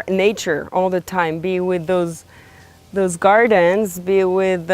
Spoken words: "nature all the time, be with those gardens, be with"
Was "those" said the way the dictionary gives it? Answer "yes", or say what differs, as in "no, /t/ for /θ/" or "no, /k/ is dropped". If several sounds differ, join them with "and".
yes